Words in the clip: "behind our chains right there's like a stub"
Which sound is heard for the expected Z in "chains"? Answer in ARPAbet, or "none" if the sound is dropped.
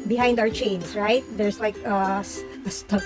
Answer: S